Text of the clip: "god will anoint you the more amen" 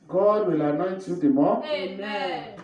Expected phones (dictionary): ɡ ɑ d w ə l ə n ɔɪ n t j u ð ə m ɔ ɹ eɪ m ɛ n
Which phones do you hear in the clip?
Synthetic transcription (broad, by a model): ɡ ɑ d w ə l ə n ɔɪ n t j u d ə m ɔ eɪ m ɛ